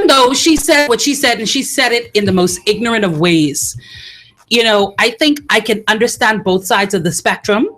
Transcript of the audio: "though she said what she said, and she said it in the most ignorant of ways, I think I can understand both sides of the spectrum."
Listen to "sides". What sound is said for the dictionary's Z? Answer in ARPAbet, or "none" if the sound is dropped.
Z